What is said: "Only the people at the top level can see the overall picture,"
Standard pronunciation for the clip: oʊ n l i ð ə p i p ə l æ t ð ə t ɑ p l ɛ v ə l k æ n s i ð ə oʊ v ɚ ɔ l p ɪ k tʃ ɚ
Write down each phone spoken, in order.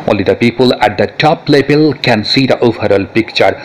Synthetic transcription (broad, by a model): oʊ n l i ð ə p i p ə l æ t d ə t ɑ p l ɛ b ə l k æ n s i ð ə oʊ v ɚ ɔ l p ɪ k tʃ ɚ